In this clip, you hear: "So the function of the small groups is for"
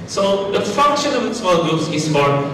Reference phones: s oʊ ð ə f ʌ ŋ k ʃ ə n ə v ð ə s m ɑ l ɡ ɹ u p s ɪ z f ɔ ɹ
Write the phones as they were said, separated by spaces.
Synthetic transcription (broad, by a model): s oʊ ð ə f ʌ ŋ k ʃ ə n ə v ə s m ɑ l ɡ u s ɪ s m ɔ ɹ